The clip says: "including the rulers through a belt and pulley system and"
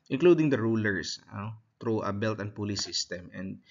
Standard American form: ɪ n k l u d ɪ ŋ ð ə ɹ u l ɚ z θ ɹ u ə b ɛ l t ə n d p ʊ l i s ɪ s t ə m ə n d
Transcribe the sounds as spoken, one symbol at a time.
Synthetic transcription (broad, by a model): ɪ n k l u d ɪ ŋ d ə ɹ u l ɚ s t ɹ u ə b ɛ l t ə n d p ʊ l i s ɪ s t ə m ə n d